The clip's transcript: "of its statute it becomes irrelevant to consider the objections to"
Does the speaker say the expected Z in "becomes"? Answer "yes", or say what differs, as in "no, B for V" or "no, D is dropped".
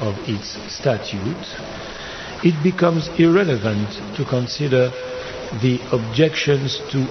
yes